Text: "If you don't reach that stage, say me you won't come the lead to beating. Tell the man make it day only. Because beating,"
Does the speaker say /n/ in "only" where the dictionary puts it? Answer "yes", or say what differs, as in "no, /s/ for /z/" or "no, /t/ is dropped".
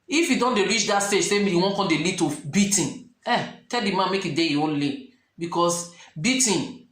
yes